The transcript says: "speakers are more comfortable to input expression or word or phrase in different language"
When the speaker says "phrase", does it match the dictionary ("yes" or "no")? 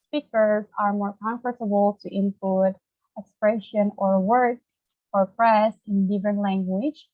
no